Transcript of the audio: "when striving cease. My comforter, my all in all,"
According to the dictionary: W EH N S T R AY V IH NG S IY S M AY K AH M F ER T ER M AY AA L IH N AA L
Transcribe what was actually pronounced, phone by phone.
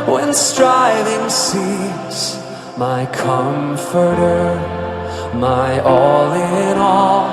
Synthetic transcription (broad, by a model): W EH N S T R AY V IH NG S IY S M AY K AH M F ER T ER M AY AA L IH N AA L